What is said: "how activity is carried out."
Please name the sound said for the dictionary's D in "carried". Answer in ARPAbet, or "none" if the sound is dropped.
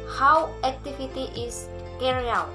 none